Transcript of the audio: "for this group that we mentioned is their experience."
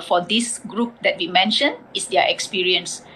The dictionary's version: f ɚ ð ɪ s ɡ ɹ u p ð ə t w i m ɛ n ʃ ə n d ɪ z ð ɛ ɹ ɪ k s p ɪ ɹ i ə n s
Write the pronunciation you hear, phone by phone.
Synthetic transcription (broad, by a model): f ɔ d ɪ s ɡ ɹ u p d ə t w i m ɛ n ʃ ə n ɪ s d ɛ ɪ k s p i ɹ i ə n s